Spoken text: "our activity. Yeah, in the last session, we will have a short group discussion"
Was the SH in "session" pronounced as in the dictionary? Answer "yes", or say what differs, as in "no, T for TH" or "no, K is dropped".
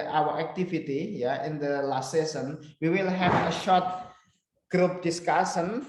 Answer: no, S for SH